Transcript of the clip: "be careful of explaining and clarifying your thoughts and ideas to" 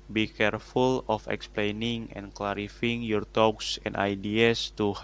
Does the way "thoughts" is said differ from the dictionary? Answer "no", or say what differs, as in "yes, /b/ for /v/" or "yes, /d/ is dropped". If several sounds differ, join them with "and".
yes, /t/ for /θ/